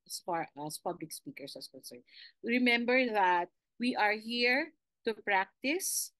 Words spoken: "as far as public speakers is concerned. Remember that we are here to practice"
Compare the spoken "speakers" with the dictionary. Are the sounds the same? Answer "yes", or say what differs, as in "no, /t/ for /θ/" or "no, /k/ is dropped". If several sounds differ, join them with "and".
no, /s/ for /z/